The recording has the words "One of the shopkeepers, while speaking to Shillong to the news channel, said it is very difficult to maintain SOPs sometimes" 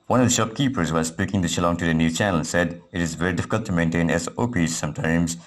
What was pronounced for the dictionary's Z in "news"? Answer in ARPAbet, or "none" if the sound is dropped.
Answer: none